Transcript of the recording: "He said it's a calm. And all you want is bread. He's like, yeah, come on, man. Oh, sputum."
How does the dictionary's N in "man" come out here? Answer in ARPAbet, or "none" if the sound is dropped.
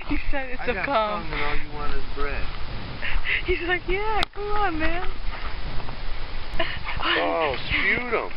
N